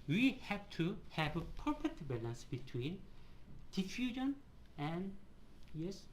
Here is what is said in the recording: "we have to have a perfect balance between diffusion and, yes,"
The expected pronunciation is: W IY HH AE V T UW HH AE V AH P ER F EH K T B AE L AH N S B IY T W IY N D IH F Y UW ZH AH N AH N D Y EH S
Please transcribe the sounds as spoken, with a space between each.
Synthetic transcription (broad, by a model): W IY HH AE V T UW HH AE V AH P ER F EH T B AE L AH N S B IY T W IY N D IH F Y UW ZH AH N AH N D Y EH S